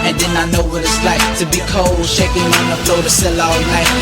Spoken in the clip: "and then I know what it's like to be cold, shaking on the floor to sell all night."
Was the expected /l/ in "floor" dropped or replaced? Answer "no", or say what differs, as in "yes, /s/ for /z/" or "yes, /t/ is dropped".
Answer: yes, /l/ is dropped